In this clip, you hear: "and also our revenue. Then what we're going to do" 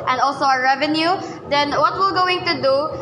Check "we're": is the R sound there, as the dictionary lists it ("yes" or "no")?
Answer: no